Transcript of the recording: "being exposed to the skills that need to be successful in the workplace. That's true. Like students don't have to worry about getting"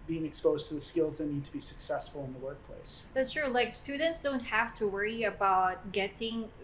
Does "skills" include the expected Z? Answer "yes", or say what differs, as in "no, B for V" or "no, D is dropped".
yes